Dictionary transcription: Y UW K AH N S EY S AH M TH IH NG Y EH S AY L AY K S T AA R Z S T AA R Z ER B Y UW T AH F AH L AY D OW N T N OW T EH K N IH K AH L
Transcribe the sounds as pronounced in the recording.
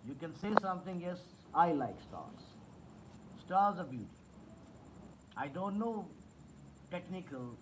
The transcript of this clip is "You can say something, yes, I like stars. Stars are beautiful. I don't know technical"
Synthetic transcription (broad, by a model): Y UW K AH N S EY S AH M T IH NG Y EH S AY L AY K S T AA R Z S T AA R Z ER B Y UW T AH AH D OW N T N OW T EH K N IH K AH L